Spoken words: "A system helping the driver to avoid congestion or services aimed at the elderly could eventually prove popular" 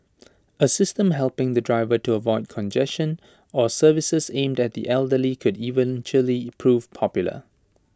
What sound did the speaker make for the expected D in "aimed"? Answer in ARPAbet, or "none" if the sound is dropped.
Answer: D